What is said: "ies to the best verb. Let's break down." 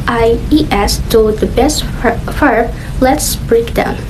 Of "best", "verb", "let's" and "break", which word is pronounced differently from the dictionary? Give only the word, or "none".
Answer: verb